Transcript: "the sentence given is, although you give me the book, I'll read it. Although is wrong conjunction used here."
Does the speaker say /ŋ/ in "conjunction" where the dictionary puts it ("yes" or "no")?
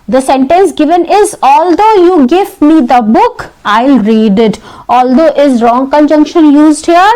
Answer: yes